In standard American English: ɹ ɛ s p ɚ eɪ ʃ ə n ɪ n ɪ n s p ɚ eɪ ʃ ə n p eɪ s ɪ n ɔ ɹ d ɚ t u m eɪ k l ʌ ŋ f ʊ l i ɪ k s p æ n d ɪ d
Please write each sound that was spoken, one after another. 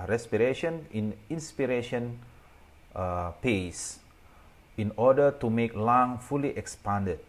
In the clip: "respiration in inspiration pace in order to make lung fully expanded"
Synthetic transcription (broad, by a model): ɹ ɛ s p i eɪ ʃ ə n ɪ n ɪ n s p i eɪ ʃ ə n p eɪ s ɪ n ɔ d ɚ t u m eɪ k l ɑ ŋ f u l i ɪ k s p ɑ n d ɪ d